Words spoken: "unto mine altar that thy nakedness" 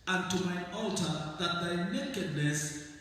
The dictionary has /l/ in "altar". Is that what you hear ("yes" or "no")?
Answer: yes